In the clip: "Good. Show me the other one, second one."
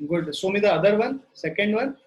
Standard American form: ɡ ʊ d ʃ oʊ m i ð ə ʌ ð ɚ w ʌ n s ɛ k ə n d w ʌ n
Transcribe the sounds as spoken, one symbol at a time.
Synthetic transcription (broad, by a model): ɡ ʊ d s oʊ m i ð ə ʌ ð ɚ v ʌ n s ɛ k ə n d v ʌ n